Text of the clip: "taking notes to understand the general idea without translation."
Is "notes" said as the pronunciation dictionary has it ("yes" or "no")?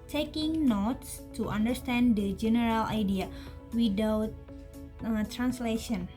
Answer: yes